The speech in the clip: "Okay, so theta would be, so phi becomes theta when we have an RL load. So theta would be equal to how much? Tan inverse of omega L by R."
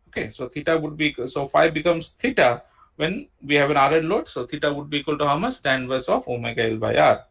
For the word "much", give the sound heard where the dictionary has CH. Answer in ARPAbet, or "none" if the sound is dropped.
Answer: S